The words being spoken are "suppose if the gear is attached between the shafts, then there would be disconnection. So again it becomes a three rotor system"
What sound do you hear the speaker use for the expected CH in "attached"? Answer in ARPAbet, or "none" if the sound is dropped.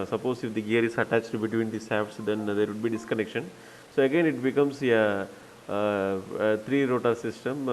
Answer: CH